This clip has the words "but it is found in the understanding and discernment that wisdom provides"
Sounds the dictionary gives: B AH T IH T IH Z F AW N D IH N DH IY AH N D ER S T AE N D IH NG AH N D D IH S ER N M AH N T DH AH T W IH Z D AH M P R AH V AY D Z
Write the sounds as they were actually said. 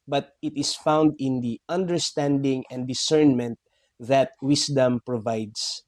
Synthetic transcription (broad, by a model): B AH T IH T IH S F AW N D IH N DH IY AH N D ER S T AE N D IH NG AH N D D IH S ER N M AH N T DH AH T W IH S D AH M P R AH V AY D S